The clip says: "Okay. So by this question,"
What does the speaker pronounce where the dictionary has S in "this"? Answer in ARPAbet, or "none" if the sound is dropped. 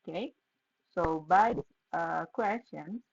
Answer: none